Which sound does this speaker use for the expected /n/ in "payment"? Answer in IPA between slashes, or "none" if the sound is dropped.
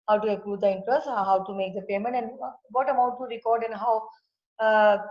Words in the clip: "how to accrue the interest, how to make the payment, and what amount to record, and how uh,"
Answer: /n/